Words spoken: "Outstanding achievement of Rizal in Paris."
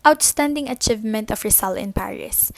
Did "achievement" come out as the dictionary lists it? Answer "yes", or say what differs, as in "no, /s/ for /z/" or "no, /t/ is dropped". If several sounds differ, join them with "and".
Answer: yes